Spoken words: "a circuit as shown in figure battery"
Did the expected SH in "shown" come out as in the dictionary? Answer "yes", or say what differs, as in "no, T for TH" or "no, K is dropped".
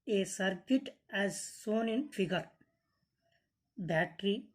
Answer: no, S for SH